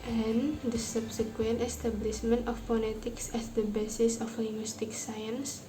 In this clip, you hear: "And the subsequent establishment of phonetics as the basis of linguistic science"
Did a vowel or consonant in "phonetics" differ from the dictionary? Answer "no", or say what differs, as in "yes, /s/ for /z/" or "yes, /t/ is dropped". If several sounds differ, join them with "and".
yes, /l/ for /n/